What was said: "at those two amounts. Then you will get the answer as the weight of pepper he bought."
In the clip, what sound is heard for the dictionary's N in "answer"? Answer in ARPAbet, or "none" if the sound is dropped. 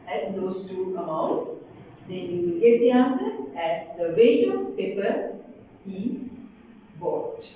none